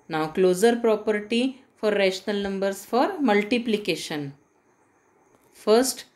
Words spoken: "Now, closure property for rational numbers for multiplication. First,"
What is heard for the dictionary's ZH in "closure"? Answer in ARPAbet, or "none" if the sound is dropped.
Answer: Z